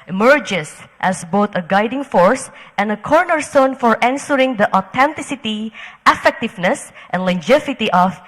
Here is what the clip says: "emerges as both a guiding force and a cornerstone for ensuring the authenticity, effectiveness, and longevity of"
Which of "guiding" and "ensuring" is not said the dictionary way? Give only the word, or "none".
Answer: ensuring